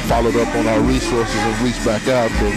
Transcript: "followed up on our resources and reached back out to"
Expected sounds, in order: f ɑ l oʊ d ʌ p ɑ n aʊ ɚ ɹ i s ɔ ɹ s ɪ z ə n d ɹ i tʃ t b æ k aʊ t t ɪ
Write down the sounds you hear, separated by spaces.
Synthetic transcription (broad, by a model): f ɑ l oʊ d ʌ p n aʊ ɚ ɹ i s ɔ ɹ s ɪ z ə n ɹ i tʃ b æ k aʊ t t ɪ